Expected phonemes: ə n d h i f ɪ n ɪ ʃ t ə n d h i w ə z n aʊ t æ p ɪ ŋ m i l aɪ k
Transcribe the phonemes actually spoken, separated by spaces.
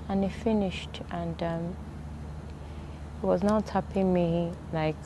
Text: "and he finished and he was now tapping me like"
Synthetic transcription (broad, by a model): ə n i f ɪ n ɪ ʃ t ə n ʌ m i w ə z n aʊ t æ p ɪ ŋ m i l aɪ k